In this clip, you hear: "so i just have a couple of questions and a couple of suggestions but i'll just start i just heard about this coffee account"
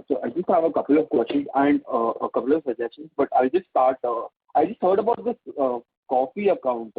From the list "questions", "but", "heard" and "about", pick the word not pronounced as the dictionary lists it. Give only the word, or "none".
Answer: questions